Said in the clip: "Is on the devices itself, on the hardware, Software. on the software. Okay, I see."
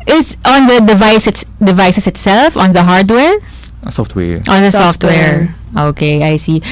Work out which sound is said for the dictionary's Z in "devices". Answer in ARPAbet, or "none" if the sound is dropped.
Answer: S